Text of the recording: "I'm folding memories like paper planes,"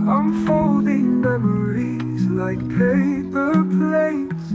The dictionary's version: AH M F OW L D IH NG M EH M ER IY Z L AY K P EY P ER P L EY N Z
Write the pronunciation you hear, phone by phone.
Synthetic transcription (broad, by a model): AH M F OW L D IH NG M EH M ER IY Z L AY K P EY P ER P L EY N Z